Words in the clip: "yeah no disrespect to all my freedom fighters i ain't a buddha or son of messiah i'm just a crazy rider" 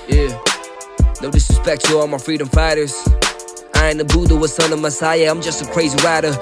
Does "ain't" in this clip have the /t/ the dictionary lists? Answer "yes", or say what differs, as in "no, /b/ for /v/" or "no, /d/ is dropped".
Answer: no, /t/ is dropped